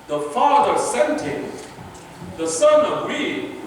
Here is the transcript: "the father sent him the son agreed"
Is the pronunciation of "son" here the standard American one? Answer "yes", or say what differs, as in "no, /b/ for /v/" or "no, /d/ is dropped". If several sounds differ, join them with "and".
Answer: yes